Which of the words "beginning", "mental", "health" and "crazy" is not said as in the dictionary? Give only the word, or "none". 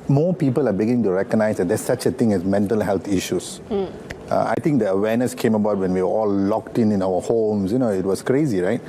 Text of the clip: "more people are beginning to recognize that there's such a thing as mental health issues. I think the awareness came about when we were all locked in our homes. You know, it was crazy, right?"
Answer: health